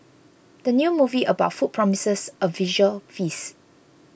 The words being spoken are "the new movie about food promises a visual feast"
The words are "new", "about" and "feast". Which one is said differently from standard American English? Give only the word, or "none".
feast